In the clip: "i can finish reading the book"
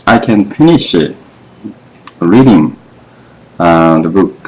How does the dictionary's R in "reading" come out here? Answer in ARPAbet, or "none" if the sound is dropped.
R